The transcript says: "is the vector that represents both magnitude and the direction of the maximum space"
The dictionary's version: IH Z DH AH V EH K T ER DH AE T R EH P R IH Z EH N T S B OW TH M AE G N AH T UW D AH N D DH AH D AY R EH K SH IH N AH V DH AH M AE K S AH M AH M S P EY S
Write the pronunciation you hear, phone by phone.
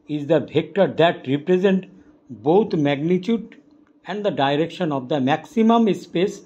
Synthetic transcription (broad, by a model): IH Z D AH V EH K T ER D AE T R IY P R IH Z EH N T B OW T M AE G N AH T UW D AH N D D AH D AY R EH K SH IH N AH V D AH M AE K S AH M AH M S P EY S